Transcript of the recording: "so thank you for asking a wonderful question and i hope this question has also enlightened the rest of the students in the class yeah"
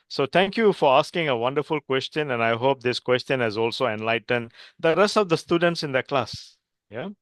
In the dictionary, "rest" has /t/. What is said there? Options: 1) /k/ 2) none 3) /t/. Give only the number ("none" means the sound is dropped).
3